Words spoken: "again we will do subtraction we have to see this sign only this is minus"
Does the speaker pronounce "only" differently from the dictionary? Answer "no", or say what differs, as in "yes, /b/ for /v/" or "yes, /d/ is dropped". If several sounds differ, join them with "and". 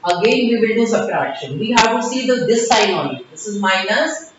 yes, /l/ is dropped